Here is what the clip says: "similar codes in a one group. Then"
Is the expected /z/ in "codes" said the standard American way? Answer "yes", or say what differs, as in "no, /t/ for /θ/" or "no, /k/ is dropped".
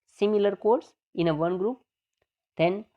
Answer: no, /s/ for /z/